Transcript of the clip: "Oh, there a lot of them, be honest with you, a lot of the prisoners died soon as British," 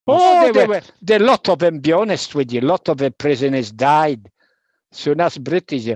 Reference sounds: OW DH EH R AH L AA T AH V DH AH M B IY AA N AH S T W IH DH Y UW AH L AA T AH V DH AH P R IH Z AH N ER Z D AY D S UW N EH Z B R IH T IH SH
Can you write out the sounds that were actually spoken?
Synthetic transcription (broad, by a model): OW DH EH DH AH L AA T AH V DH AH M B IY AA N AH S T W IH DH Y AH L AA T AH V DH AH P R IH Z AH N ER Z D AY D S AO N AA S B R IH T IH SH